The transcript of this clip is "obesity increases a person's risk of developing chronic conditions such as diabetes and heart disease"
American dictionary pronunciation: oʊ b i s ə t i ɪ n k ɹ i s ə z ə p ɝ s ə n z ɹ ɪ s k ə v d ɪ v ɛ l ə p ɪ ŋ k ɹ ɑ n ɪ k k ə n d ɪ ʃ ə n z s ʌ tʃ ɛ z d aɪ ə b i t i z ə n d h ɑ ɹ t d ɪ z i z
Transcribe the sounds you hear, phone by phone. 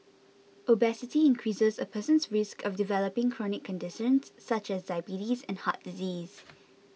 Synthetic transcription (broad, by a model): oʊ b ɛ s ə t i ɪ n k ɹ i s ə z ə p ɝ s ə n s ɹ ɪ s k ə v d ɪ v ɛ l ə p ɪ ŋ k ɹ ɑ n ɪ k k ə n d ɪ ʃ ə n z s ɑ tʃ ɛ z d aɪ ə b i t i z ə n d h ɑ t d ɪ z i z